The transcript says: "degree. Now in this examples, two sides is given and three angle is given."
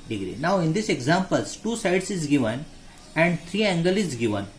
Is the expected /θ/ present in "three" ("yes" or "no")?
no